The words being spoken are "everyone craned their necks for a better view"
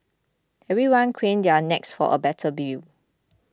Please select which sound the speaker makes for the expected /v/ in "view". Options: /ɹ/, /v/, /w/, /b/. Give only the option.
/b/